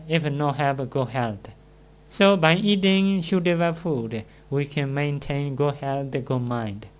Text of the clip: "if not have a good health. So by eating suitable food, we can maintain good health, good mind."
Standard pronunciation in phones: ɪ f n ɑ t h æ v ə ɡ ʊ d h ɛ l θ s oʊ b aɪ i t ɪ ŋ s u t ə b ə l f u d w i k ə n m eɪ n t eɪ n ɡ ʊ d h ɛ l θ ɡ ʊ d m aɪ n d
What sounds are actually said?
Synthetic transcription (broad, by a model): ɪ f n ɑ h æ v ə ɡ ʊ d h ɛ l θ s oʊ b aɪ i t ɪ ŋ ʃ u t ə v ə f u d w i k ə n m eɪ n t eɪ n ɡ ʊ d h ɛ l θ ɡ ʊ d m aɪ n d